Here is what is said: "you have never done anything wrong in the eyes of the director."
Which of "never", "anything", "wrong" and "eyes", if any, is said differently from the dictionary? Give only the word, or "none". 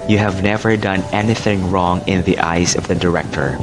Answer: none